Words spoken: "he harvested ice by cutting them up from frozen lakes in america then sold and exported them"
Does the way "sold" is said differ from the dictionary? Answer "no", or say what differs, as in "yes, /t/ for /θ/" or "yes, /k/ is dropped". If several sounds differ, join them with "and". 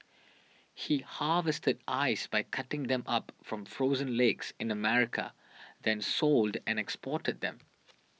no